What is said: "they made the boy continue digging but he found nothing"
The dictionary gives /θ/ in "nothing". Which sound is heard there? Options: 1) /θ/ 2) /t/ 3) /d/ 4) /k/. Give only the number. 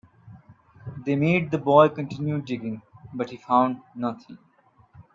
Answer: 2